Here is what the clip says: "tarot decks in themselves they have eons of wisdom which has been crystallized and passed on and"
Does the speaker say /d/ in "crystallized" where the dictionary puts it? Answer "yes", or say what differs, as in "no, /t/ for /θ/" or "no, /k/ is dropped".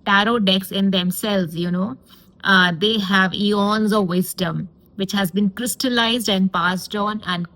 yes